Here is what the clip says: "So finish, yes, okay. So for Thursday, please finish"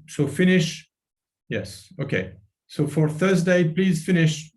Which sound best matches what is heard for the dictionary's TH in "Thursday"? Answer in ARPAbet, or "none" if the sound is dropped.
TH